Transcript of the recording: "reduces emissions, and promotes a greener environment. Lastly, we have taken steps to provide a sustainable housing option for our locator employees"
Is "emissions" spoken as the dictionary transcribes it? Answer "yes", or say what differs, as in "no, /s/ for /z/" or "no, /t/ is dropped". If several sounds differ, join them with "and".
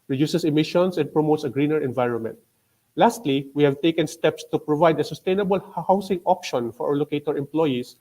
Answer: no, /s/ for /z/